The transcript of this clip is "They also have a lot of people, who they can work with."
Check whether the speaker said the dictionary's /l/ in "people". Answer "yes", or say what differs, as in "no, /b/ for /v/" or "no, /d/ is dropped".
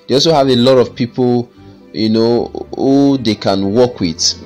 no, /n/ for /l/